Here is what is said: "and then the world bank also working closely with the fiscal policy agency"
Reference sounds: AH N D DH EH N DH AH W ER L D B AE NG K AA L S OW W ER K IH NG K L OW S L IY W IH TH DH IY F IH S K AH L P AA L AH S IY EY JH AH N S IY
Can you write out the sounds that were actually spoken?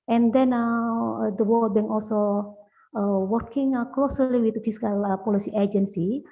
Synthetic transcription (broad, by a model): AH N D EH N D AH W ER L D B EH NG AA L S OW W ER K IH NG K L OW S L IY W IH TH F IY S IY K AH L P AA L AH S IY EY JH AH N S IY